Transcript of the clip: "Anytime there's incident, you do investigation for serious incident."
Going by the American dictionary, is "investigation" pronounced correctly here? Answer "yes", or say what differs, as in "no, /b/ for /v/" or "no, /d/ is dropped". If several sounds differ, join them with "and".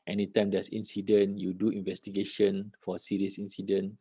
yes